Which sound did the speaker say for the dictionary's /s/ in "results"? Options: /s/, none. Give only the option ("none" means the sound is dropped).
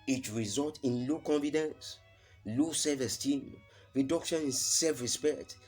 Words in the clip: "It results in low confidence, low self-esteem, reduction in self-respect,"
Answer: none